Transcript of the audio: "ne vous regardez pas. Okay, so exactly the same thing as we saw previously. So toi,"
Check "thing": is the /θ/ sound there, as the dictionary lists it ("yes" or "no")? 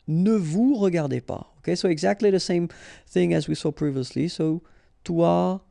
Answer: yes